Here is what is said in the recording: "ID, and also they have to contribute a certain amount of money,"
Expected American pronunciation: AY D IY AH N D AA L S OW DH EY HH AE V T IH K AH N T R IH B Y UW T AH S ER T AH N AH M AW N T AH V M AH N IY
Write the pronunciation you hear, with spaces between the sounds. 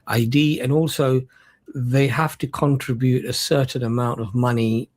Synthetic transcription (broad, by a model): AY D IY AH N AA L S OW DH EY HH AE F T IH K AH N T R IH B Y UW T AH S ER T N AH M AW N T AH V M AH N IY